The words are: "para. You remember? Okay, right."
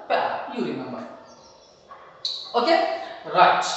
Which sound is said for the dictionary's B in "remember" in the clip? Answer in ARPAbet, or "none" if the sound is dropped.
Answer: none